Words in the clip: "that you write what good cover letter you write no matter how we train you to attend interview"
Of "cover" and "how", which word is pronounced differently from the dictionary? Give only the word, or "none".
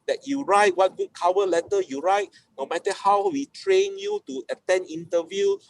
cover